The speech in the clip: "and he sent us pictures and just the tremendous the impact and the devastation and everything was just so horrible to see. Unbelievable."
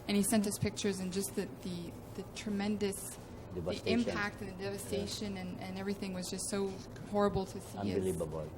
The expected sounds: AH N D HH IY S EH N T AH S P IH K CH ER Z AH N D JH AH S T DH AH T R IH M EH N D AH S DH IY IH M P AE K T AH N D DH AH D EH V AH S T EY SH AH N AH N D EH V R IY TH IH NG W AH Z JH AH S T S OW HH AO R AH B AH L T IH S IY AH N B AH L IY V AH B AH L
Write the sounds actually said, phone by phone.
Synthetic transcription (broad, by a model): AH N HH IY S EH N T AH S P IH K CH ER Z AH N JH AH S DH DH AH T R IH M EH N D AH S DH IY IH M P AE K T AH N DH AH D EH V AH S T EY SH AH N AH N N EH V R IY TH IH NG W AH Z JH AH S T S OW HH AO R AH B L T IH S IY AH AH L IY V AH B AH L